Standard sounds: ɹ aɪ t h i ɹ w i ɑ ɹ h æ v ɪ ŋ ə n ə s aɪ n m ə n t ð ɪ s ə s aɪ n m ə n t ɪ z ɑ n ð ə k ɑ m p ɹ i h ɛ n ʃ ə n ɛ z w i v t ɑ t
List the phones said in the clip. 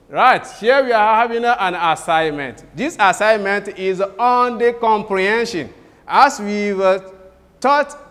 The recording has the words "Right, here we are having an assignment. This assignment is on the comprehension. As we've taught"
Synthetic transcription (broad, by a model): ɹ aɪ t h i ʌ w i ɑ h h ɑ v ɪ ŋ ə n ə s aɪ n m ə n t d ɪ s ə s aɪ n m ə n t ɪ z ɑ n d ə k ɑ m p ɹ i h ɛ n ʃ ə n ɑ s w i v t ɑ t